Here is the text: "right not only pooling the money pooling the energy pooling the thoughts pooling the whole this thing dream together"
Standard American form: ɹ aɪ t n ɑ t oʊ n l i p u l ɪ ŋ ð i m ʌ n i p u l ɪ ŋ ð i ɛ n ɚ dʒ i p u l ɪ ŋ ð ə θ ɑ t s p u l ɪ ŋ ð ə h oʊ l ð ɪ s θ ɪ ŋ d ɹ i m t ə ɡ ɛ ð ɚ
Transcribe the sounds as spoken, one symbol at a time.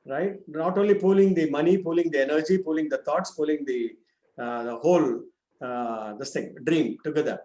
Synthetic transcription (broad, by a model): ɹ aɪ t n ɑ t oʊ n l i p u l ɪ ŋ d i m ʌ n i p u l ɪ ŋ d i ɛ n ɚ dʒ i p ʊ l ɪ ŋ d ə t ɑ t s p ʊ l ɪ ŋ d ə h oʊ l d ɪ s t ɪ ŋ d ɹ i m t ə ɡ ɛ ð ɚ